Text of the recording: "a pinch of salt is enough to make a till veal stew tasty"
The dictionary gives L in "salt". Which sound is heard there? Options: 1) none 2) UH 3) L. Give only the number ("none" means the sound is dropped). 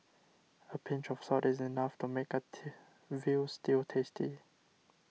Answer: 1